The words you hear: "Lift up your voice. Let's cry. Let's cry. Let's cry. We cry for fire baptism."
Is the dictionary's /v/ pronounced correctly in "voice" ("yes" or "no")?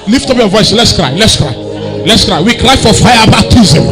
yes